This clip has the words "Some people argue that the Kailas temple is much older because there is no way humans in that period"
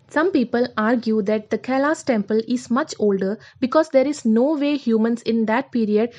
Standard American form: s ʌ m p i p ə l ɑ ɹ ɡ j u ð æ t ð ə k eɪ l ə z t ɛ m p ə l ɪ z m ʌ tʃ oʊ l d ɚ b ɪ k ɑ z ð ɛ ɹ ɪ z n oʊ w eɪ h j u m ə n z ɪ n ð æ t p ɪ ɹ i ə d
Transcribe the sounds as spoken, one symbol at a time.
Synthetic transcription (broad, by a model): s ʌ m p i p ə l ɑ ɹ ɡ j u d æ t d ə k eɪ l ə s t ɛ m p ə l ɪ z m ʌ tʃ oʊ l d ɚ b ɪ k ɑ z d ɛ ɹ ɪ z n oʊ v eɪ h j u m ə n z ɪ n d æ t p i ɹ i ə d